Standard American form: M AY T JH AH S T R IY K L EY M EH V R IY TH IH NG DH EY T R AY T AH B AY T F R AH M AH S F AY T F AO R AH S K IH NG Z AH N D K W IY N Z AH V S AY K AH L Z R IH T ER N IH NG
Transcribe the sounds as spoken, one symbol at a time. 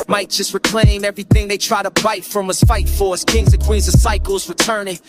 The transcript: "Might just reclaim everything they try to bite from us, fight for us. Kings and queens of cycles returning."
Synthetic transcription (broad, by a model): M AY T JH AH S T R IY K L EY M EH V R IY TH IH NG DH EY T R AY T AH B AY T F R AH M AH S F AY T F AO R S K IH NG Z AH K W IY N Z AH S AY K L Z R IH T ER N IH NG